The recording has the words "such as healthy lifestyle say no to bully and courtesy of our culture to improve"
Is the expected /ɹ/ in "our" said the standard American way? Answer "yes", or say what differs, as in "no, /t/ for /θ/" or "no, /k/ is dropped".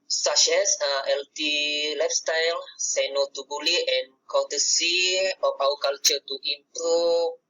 no, /w/ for /ɹ/